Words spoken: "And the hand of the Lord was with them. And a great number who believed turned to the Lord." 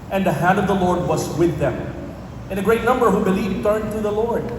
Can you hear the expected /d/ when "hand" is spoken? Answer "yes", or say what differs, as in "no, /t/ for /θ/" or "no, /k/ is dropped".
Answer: yes